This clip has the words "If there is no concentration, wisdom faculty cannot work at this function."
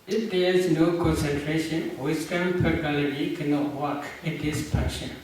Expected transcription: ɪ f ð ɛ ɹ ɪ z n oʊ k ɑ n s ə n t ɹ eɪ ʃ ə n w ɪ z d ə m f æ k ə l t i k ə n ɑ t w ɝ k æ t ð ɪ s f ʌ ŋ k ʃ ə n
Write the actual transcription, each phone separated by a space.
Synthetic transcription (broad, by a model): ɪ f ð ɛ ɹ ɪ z n oʊ k ɑ n s ə n t ɹ eɪ ʃ ə n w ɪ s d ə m p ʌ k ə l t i k ə n ɑ t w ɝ k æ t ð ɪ s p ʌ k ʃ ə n